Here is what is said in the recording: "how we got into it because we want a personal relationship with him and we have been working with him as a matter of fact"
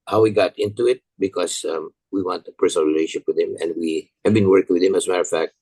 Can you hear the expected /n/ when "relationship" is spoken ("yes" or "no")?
no